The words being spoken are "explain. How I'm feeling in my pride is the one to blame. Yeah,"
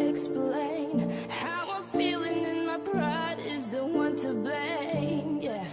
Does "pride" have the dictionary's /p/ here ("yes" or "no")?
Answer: no